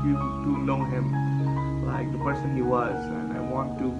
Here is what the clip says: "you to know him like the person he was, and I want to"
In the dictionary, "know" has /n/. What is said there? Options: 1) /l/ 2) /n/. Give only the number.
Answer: 1